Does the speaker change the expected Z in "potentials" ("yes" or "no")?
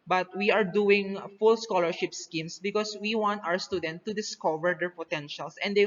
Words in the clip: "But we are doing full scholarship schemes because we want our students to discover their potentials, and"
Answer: yes